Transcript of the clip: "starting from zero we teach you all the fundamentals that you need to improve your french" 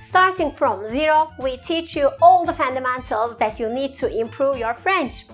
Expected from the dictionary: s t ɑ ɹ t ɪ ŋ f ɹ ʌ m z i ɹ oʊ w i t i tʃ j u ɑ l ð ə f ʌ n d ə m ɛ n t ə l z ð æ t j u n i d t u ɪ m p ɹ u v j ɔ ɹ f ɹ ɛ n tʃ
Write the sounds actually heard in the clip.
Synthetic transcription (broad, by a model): s t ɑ ɹ t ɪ ŋ f ɹ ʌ m z i ɹ oʊ w i t i tʃ j u ɑ l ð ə f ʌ n d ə m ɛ n t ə l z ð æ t j u n i d t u ɪ m p ɹ u v j ɔ ɹ f ɹ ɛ n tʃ